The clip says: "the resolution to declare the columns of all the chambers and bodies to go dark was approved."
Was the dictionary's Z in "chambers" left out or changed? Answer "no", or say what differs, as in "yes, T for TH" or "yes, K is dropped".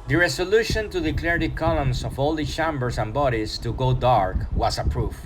yes, S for Z